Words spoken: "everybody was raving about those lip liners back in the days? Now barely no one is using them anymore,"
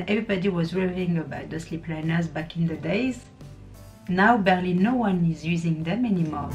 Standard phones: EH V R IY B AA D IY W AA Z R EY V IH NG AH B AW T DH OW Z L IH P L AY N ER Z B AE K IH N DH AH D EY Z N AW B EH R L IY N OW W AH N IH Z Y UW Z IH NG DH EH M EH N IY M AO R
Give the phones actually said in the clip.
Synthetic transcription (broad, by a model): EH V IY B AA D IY W AA Z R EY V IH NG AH B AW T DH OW S L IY P L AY N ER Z B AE K IH N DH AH D EY Z N AW B EH R L IY N OW W AH N IH Z Y UW Z IH NG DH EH M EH N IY M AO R